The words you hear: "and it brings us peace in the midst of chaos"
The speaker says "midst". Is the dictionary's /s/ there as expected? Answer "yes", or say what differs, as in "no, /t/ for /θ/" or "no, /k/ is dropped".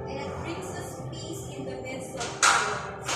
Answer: no, /s/ is dropped